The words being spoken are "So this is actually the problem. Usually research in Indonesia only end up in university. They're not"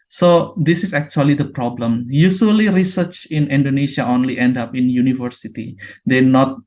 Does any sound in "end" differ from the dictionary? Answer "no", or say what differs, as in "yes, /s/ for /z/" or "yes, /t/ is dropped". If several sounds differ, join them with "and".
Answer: no